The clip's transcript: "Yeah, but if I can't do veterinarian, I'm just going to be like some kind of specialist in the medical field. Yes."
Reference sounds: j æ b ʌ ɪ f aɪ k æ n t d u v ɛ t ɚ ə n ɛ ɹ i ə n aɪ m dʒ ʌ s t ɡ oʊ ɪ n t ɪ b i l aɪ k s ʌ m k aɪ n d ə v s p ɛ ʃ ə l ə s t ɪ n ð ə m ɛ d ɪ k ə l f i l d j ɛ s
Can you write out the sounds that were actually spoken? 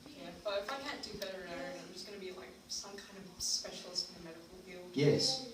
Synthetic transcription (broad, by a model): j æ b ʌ ɪ f aɪ k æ n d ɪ b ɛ t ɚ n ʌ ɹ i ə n aɪ m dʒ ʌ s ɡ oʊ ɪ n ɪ b i l aɪ k s ʌ m k aɪ n d ə v s p ɛ ʃ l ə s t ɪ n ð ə m ɛ d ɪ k l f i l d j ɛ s